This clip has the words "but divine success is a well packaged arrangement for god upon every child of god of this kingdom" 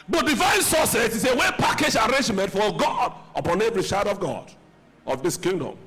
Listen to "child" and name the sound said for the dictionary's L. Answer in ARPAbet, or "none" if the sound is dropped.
none